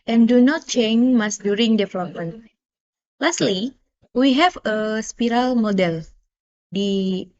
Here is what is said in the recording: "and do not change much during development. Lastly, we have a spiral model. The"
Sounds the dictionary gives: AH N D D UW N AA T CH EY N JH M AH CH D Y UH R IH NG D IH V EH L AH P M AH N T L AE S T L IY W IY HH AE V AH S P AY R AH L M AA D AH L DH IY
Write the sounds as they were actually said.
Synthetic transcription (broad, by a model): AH N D D UW N AA T CH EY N M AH S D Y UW R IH NG D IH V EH L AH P M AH N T L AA S T L IY W IY HH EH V AH S P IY R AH L M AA D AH L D IY